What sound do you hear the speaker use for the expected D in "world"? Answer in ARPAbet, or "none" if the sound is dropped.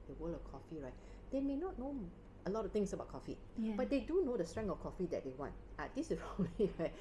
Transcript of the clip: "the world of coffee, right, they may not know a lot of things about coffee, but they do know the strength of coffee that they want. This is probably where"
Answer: none